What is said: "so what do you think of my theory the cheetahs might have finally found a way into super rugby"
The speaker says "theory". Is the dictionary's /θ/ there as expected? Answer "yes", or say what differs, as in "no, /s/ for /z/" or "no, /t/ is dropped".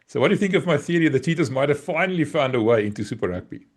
yes